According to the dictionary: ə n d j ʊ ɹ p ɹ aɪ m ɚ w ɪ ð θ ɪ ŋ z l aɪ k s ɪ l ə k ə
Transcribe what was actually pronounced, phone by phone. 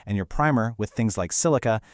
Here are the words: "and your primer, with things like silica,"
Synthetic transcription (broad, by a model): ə n j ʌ ɹ p ɹ aɪ m ɚ w ɪ ð θ ɪ ŋ z l aɪ k s ɪ l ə k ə